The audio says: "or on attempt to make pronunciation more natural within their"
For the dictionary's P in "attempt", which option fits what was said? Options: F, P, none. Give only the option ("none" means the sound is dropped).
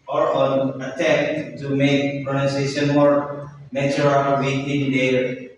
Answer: none